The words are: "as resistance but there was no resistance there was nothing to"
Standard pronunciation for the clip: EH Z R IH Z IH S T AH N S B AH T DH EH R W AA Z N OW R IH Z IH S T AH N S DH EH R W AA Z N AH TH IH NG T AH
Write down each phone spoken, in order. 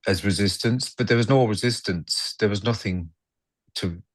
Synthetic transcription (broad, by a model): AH Z R IH Z IH S T AH N S B AH T DH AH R W AA Z N OW R IH Z IH S T AH N S DH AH R W AA Z N AH TH IH NG T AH